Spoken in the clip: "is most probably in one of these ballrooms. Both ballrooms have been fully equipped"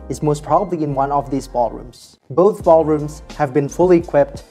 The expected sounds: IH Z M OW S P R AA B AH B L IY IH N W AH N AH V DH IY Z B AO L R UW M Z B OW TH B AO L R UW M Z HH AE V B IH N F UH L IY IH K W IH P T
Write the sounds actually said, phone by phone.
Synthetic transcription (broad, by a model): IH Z M OW S P R AA B AH B L IY IH N W AH N AH V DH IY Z B AO L R UW M Z B OW TH B AO L R UW M Z HH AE V B IH N F UH L IY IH K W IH P T